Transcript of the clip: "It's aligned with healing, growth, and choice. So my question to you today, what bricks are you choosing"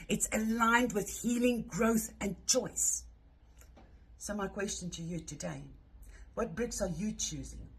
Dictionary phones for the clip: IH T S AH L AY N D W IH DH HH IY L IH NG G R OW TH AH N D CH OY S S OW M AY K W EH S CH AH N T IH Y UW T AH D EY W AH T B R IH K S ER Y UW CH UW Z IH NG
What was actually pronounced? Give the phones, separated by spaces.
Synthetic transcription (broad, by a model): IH T S AH L AY N D W IH DH HH IY L IH NG G R OW TH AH N CH OY S S OW M AY K W EH S CH AH N T IH Y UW T AH D EY W AH T B R IH K S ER Y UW CH UW Z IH NG